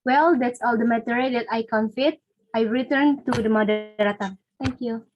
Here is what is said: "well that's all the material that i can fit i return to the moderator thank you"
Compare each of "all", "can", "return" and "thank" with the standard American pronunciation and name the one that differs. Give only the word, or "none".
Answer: thank